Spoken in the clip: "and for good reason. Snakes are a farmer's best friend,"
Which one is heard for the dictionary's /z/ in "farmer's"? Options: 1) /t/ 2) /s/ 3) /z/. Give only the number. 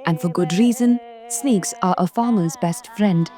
3